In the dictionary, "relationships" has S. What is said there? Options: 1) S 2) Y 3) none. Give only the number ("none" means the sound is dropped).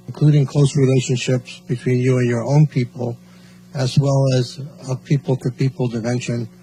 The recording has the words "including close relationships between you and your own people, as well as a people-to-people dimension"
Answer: 1